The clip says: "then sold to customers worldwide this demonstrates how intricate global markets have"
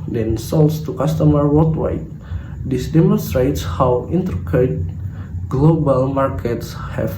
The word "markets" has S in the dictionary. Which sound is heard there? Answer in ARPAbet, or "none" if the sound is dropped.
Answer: S